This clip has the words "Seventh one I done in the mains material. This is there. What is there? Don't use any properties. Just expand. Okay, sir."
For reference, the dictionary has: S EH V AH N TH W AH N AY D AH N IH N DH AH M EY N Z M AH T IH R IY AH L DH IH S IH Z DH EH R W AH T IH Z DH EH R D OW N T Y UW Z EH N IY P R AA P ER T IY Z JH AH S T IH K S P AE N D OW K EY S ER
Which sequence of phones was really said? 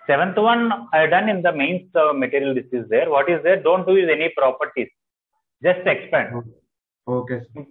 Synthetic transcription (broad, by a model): S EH V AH N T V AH N AY D AH N IH N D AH M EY N S M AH T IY R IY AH L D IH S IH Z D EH R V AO T IH Z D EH R D OW N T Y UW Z EH N IY P R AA P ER T IY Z JH AH S T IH K S P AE N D OW K EY